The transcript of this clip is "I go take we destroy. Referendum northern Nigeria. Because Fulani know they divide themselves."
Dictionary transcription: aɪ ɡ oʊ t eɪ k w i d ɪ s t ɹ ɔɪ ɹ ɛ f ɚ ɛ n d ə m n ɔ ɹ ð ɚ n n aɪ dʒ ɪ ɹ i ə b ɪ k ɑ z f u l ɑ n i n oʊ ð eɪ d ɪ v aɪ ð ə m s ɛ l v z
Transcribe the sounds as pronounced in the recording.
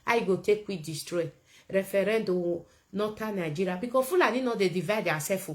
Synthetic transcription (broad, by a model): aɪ ɡ oʊ t eɪ k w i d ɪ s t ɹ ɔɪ ɹ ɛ f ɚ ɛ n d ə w n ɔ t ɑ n n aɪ dʒ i ɹ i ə b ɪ k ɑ f u l ɑ n i n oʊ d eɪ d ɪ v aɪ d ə s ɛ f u